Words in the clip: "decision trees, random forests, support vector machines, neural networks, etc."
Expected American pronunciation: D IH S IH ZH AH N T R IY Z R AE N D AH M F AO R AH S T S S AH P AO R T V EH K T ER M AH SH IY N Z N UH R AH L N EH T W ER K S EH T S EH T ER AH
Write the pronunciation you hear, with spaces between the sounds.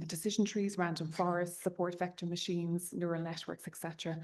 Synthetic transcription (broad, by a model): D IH S IH ZH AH N T R IY Z R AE N D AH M F AO R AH S T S S AH P AO R T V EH K T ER M AH SH IY N Z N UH R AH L N EH T W ER K S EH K S EH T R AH